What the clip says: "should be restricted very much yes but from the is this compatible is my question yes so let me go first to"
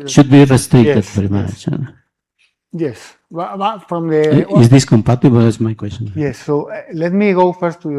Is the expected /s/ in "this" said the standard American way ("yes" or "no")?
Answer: yes